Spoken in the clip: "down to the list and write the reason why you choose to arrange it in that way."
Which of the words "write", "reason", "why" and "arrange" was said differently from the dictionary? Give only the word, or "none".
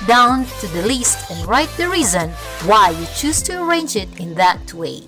none